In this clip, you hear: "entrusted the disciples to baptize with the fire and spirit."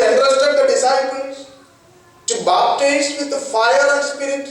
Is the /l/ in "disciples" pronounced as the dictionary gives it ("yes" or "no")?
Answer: no